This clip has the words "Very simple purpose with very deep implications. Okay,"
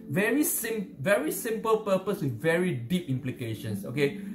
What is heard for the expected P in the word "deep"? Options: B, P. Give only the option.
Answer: P